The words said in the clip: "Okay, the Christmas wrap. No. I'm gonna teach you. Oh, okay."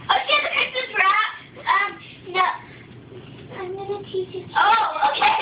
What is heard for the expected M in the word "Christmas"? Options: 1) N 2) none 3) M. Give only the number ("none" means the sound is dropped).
2